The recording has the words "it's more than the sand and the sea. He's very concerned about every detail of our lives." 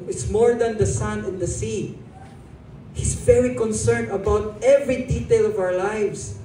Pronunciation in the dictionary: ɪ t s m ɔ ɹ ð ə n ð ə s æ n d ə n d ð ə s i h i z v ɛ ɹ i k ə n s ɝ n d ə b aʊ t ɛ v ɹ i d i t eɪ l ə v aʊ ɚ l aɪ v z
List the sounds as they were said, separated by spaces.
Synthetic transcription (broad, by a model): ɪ t s m ɔ ɹ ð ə n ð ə s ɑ n ə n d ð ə s i h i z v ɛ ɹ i k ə n s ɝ n ə b aʊ t ɛ v ɹ i d i t eɪ l ə v aʊ ɚ l aɪ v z